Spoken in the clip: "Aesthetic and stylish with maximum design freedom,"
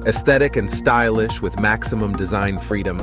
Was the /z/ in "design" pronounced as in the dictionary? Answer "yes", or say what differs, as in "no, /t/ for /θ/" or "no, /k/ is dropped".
yes